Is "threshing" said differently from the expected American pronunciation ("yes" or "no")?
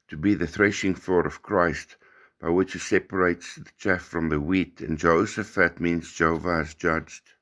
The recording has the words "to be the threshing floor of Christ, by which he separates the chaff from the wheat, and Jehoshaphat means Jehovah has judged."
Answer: no